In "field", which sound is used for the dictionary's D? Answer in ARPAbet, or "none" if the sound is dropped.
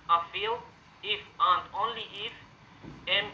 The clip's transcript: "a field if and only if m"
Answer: none